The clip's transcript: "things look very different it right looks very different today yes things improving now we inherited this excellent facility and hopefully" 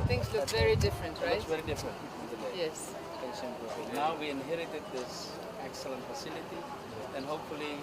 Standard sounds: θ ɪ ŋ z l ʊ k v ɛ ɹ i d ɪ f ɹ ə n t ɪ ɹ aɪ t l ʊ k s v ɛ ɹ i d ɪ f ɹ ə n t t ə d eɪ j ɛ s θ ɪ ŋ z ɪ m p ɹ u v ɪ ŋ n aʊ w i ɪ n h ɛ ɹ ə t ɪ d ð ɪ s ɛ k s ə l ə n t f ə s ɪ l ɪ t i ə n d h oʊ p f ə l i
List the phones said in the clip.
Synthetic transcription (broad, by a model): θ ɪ ŋ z l ʊ k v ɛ ɹ i d ɪ f ɹ ə n t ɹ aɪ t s v ɛ ɹ i d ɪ f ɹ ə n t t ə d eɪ j ɛ s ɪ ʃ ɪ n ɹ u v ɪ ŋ n aʊ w i ɪ n h ɛ ɹ ə t ɪ d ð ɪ s ɛ k s ə l ə n t f ə s ɪ l ɪ t i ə n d h oʊ p f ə l i